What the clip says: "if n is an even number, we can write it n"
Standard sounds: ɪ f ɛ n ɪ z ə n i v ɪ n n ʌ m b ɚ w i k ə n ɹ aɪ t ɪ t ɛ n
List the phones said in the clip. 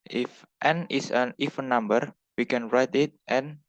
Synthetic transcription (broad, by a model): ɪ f ɛ n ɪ s ə n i f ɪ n n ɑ m b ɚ w i k ə n ɹ aɪ t ɪ t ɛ n